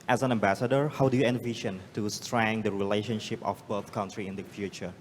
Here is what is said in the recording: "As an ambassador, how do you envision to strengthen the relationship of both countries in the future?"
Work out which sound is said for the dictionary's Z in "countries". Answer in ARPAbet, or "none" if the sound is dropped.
none